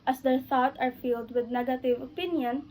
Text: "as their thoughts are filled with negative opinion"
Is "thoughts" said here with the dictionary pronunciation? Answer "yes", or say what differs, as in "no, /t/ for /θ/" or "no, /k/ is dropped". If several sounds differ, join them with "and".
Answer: no, /s/ is dropped